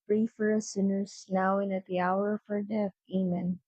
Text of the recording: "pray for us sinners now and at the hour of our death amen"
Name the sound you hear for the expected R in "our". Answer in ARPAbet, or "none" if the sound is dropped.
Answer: R